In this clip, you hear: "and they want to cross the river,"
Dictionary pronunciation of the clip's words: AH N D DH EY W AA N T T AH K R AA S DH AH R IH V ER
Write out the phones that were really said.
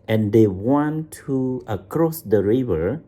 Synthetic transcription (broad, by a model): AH N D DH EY W AA N T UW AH K R AA S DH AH R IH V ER